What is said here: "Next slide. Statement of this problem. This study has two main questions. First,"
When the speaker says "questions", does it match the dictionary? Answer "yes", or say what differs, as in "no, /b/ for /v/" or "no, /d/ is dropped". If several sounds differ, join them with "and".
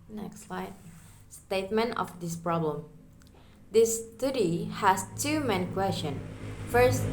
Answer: no, /z/ is dropped